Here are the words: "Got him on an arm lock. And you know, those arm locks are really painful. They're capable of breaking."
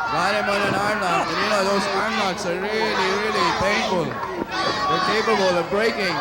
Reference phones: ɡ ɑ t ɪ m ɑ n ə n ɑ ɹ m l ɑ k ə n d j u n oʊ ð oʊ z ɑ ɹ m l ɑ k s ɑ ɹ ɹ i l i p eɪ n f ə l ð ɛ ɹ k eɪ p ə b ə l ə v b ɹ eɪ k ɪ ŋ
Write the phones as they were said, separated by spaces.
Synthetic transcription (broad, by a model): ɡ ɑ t ɪ m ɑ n ə n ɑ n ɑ ə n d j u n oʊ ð oʊ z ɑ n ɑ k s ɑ ɹ ɹ i l i p eɪ n f ə l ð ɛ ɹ k eɪ p ə b ə l ə v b ɹ eɪ k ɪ ŋ